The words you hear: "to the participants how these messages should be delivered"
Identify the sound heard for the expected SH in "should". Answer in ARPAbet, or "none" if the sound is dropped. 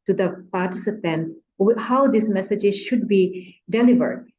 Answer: SH